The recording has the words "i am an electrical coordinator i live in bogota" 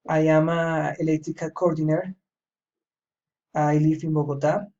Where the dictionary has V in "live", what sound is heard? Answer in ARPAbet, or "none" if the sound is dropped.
F